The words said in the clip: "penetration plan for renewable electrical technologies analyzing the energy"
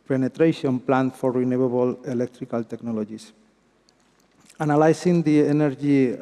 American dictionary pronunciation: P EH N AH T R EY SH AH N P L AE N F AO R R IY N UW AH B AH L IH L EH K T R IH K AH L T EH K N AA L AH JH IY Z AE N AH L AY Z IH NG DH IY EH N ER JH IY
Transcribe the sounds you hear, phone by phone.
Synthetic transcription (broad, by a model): P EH N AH T R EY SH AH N P L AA N F AO R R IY N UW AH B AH L IH L EH K T R IH K AH L T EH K N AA L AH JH IY S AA N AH L AY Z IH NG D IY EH N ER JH IY